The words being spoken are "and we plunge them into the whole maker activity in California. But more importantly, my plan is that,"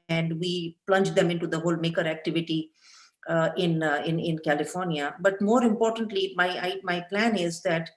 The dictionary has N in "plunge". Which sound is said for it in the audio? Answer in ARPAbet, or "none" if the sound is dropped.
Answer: N